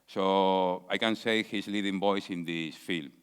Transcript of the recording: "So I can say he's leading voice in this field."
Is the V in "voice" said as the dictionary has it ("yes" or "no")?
no